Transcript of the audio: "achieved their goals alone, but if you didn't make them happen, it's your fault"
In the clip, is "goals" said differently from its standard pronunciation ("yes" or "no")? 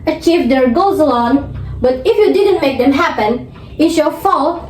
yes